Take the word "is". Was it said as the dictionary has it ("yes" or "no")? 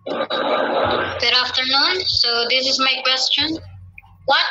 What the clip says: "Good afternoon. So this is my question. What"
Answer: yes